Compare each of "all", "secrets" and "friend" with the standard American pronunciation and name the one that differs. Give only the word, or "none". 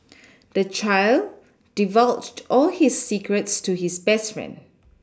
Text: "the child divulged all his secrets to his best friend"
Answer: friend